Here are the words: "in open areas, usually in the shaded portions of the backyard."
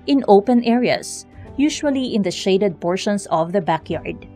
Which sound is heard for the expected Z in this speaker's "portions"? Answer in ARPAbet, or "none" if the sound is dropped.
S